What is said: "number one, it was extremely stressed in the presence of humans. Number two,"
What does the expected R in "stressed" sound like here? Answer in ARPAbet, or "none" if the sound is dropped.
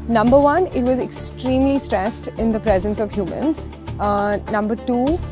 R